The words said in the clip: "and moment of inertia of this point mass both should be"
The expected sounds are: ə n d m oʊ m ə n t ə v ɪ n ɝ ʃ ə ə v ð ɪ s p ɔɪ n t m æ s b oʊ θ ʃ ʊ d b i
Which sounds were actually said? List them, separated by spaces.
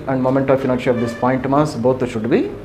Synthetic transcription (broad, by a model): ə n d m oʊ m ə n t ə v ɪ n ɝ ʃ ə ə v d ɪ s p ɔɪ n t m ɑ s b oʊ t ʃ ʊ d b i